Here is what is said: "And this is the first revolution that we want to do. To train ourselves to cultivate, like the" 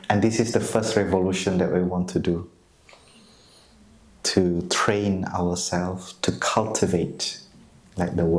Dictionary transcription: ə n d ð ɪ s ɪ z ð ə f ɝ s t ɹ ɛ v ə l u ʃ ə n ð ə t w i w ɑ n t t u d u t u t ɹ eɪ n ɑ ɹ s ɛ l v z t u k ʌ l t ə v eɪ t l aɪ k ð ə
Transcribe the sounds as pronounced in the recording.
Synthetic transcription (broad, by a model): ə n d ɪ s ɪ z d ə f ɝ s t ɹ ɛ v ə l u ʃ ə n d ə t w i w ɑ n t t u d u t u t ɹ eɪ n ɑ w s ɛ l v t u k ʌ l t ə v eɪ t l aɪ k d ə